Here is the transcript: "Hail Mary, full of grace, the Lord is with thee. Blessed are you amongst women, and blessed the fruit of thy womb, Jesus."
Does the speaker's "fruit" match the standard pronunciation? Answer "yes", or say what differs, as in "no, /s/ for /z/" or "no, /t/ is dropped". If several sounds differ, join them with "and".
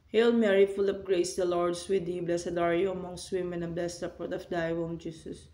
no, /p/ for /f/